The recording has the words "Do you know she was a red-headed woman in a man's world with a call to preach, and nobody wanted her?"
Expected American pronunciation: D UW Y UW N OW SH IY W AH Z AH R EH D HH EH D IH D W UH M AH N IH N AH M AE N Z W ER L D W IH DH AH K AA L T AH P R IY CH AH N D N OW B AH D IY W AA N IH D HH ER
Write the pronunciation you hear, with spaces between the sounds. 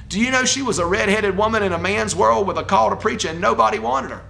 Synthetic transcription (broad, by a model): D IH Y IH N OW SH IY W AH Z AH R EH D HH EH D IH D W UH M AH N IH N AH M AE N Z W ER L D W IH DH AH K AA L T AH P R IY CH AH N N OW B AH D IY W AA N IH D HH ER